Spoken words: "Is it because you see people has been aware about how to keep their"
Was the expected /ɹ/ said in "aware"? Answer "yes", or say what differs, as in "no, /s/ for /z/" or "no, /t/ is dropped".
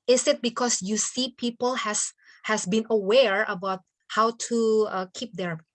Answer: yes